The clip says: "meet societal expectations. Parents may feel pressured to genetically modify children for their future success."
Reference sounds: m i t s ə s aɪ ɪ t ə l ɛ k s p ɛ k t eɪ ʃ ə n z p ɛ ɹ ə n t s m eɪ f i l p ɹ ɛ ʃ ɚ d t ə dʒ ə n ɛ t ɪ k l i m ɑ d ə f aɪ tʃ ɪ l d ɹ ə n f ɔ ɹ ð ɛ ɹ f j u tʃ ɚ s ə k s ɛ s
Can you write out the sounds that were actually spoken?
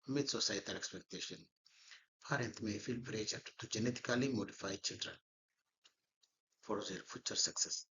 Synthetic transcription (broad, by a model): m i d s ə s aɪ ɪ t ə l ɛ k s p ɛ k t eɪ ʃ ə n p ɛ ɹ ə n t m eɪ f i l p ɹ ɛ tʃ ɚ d t ə dʒ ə n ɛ t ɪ k l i m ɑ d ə f aɪ tʃ ɪ l d ɹ ə n f ɔ ɹ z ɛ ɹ f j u tʃ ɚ s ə k s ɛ s